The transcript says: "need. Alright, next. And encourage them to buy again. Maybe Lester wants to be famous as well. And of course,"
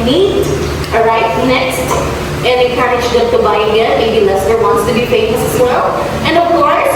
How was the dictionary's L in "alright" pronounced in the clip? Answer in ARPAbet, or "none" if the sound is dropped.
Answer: none